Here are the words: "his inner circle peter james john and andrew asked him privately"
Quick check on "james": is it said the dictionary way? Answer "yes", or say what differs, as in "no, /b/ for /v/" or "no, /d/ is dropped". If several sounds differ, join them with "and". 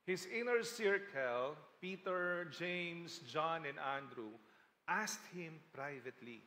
no, /s/ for /z/